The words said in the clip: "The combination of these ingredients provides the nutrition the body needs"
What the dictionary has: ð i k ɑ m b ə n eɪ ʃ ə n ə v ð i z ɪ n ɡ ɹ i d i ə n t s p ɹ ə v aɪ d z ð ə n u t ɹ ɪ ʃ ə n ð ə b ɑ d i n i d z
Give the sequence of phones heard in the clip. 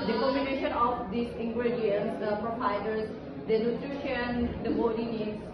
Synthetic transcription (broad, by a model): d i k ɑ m ə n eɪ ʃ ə n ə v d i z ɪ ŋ ɡ ɹ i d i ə n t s p ɹ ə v aɪ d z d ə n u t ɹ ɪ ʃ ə n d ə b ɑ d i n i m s